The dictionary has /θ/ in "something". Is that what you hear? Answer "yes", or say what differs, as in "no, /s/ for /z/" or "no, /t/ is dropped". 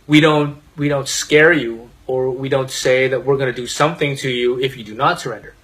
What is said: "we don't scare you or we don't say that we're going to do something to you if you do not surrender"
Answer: yes